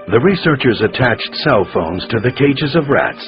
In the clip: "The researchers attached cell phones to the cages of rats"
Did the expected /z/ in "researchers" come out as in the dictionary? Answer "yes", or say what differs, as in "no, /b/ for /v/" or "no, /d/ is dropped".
yes